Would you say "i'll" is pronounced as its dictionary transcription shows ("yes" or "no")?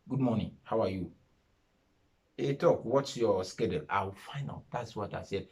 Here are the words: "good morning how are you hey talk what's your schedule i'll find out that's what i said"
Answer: no